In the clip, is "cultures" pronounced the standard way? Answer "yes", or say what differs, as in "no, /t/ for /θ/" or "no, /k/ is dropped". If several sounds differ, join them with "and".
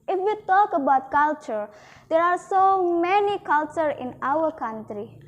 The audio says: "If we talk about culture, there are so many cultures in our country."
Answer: no, /z/ is dropped